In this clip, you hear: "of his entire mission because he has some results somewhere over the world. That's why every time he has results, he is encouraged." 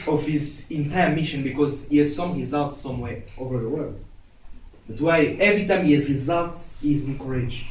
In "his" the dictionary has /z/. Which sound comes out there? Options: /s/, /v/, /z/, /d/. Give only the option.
/z/